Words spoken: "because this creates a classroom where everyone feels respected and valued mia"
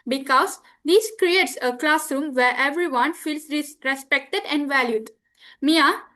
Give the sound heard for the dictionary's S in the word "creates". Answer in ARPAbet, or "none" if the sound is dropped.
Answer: S